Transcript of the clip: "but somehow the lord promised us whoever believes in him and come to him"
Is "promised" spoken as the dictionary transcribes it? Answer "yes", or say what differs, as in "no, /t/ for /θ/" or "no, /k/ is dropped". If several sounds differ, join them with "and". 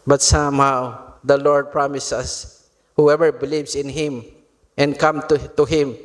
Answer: no, /t/ is dropped